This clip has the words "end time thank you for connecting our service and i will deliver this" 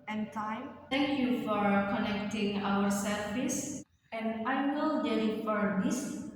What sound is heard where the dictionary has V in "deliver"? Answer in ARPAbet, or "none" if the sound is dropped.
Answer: F